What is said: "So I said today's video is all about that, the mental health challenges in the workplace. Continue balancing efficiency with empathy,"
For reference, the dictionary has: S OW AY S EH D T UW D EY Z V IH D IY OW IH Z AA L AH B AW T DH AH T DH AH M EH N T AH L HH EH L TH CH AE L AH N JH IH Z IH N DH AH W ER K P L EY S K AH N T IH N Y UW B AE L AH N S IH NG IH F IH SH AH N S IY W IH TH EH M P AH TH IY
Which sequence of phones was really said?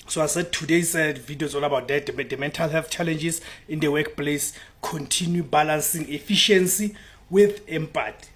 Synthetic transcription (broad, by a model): S OW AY S EH D T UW D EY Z V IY D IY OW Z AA N AH B AW T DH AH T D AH M EH N T AH L HH EH L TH CH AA L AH N JH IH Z IH N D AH W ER K P L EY S K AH N T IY N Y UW B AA L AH N S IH NG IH F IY SH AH N S IY W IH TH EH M P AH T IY